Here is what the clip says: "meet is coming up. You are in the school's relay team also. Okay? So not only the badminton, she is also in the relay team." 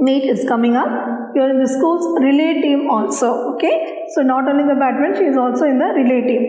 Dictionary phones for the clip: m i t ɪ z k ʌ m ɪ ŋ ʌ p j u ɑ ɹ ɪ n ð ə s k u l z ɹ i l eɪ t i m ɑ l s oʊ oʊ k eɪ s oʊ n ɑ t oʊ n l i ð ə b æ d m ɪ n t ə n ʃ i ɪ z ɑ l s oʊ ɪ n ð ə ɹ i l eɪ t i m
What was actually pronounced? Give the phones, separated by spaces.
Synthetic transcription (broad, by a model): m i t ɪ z k ʌ m ɪ ŋ ʌ p j u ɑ ɹ ɪ n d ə s k u l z ɹ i l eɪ t i m ɑ l s oʊ oʊ k eɪ s oʊ n ɑ t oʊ l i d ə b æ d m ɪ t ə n ʃ i ɪ z ɑ l s oʊ ɪ n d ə ɹ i l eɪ t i m